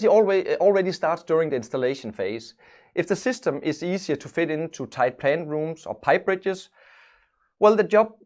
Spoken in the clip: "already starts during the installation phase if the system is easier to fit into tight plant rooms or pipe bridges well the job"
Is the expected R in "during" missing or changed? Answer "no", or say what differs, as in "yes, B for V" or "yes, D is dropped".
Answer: no